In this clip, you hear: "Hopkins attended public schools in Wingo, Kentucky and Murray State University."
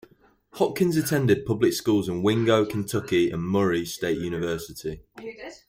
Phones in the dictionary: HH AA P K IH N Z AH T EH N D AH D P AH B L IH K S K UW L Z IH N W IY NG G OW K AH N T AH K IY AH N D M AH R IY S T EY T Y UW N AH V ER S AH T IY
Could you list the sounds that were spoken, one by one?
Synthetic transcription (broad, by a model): HH AA K IH N Z AH T EH N D AH D P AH B L IH K S K UW L Z IH N W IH NG G OW K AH N T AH K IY AH N M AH R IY S T EY T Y UW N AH V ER S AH T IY